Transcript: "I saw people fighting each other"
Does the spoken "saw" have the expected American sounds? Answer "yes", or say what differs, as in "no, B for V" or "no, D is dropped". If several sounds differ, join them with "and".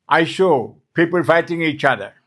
no, SH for S